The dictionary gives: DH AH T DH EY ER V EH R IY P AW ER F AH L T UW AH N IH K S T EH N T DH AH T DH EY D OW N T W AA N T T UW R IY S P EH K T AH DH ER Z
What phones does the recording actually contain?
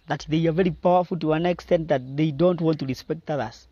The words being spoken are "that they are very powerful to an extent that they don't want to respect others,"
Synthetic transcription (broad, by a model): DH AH T DH EY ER V EH R IY P AW ER F AH L T UW AH N IH K S T EH N T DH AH T DH EY D OW N T W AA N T T UW R IY S P EH K T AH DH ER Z